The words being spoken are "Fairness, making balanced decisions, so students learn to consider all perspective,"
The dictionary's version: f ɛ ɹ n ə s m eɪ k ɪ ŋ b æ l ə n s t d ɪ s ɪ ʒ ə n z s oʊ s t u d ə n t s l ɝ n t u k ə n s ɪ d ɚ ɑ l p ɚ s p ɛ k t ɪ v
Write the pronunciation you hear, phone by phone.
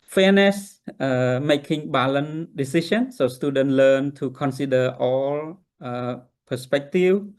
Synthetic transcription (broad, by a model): f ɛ n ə s m eɪ k ɪ ŋ b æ l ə n d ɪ s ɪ ʃ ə n s oʊ s t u d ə n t l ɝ n t u k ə n s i d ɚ ɑ l p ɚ s p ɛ k t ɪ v